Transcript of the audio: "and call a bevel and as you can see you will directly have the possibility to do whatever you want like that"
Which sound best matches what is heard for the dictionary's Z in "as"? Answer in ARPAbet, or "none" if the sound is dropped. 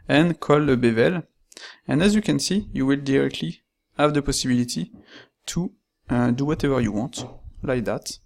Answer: Z